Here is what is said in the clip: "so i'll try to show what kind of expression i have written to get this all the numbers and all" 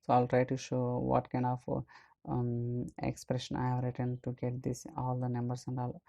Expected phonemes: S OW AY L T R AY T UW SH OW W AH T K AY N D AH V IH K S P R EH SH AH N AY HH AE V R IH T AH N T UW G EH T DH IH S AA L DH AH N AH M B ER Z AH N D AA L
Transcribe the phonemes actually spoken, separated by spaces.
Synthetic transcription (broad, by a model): S OW AY L T R AY T UW SH OW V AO T K AY N D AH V IH K S P R EH SH AH N AY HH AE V R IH T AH N T UW G EH T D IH S AA L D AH N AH M B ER S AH N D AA L